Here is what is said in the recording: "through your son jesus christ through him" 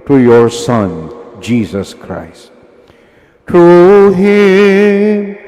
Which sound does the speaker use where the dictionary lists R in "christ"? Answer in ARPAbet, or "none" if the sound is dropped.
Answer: R